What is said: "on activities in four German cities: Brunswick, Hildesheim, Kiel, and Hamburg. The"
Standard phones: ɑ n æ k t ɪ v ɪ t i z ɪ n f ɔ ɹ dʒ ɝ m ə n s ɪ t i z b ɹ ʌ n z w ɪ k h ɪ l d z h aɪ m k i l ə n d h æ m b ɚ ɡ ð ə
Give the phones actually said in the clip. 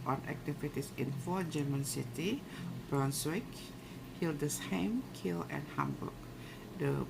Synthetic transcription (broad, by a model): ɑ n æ k t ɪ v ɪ t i s ɪ n f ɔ dʒ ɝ m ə n s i t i b ɹ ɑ n s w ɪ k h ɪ l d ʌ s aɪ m k i l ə n h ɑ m b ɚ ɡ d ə